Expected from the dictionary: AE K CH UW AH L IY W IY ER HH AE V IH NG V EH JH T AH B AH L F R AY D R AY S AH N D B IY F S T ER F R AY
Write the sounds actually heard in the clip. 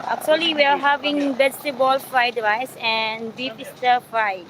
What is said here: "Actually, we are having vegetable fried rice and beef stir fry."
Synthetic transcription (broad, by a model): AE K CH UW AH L IY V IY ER HH AE V IH NG B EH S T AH B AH L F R AY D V AY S AH N D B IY P S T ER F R AY